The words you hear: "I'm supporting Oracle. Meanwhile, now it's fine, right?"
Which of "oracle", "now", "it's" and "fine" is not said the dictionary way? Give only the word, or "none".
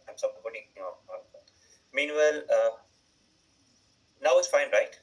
oracle